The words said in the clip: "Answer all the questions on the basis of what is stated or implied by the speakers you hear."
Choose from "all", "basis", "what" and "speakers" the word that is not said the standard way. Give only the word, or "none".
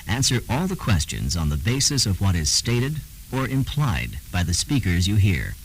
none